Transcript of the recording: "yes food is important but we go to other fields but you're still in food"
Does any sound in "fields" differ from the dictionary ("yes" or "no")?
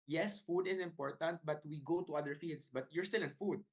yes